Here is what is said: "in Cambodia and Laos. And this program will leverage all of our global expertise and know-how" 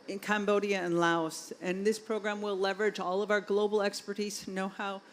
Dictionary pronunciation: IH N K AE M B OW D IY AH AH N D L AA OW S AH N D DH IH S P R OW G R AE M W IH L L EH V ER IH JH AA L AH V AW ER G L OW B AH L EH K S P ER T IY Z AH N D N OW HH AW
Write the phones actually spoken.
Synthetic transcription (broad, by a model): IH N K AE M B OW D IY AH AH N L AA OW S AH N DH IH S P R OW G R AE M W IH L L EH V ER IH JH AA L AH V AW ER G L OW B L EH K S P ER T IY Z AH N N OW HH AW